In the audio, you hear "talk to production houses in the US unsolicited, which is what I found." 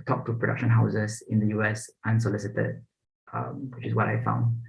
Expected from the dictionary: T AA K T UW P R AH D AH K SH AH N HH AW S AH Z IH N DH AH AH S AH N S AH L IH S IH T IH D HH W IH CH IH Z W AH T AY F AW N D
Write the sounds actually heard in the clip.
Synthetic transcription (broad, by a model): T AA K T UW P R AH D AH K SH AH N HH AW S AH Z IH N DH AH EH S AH N S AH L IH S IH T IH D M W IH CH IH S W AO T AY F AW N D